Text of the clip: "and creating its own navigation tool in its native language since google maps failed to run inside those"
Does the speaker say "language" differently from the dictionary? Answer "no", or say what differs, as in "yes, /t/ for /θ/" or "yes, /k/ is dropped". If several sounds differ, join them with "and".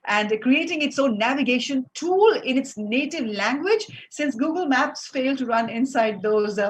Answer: no